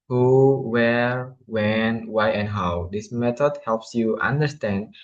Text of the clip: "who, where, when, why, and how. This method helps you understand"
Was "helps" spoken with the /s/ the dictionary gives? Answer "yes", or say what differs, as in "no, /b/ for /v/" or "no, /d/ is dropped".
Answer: yes